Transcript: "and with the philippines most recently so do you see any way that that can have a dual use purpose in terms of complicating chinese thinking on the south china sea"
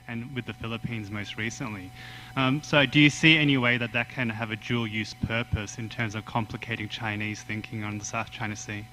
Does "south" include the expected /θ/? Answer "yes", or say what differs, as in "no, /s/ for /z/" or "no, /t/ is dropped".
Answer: yes